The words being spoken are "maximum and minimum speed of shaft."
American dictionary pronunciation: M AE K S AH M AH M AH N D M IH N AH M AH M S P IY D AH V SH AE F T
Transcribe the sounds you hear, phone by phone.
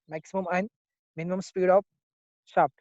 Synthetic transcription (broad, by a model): M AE K S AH M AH M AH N M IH N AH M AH M S P IY D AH P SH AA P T